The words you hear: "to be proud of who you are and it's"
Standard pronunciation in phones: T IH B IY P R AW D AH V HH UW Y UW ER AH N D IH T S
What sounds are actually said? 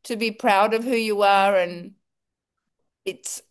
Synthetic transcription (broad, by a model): T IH B IY P R AW D AH V HH UW Y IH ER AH N IH T S